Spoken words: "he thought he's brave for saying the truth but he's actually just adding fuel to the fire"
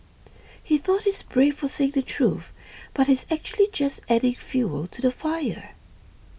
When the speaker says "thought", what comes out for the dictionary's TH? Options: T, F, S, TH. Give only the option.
TH